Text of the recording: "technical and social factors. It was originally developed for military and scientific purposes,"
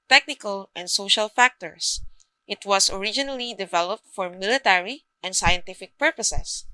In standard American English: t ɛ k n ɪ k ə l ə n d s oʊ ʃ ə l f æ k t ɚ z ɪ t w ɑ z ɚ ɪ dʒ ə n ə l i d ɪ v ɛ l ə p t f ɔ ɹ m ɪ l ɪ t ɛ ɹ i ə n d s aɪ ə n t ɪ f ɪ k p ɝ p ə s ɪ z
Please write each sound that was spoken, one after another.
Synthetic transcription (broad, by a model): t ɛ k n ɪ k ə l ə n d s oʊ ʃ ə l f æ k t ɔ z ɪ t w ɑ s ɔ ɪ dʒ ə n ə l i d ɪ v ɛ l ə p t f ɔ ɹ m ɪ l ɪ t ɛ ɹ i ə n d s aɪ ə n t ɪ f ɪ k p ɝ p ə s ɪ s